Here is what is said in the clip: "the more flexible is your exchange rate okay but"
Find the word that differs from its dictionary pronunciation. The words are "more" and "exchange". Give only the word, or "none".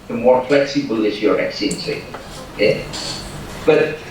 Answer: exchange